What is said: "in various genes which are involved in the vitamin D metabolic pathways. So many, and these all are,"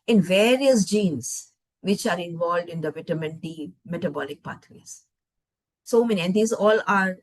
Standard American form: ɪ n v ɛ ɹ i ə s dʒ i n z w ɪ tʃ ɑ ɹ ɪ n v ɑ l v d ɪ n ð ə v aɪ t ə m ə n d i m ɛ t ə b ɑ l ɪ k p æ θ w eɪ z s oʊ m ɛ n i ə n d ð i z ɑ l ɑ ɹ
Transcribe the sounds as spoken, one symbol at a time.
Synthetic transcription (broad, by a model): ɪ n v ɛ ɹ i ə s dʒ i n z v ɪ tʃ ɑ ɹ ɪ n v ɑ l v d ɪ n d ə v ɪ t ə m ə n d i m ɛ t ə b ɑ l ɪ k p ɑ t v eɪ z s oʊ m ɛ n i ə n d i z ɑ l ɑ ɹ